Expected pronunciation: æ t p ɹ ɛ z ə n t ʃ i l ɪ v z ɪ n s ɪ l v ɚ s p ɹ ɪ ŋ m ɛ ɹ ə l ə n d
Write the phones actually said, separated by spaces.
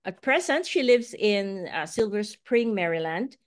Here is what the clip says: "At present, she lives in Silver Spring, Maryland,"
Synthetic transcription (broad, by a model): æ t p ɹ ɛ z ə n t ʃ i l ɪ v z ɪ n s ɪ l v ɚ s p ɹ ɪ ŋ m ɛ ɹ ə l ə n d